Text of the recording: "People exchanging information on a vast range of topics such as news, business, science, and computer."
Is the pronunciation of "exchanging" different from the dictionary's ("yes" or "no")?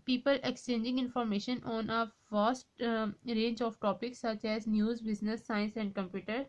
no